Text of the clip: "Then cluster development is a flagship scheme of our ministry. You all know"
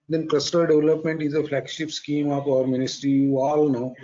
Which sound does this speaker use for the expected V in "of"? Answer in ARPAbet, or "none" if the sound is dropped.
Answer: P